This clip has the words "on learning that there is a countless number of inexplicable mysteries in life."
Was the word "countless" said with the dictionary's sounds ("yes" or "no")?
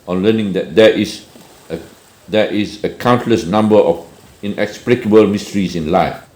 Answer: yes